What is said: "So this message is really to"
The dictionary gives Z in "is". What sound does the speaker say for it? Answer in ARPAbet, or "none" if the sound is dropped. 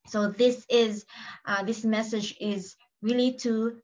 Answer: Z